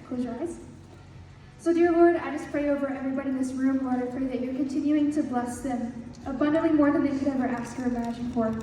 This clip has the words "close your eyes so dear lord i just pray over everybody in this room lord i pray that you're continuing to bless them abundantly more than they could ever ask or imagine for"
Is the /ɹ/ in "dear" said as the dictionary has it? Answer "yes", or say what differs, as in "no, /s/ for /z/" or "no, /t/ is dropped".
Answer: yes